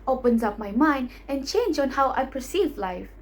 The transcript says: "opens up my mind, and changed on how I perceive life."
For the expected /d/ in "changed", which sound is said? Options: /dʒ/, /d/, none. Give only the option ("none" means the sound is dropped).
none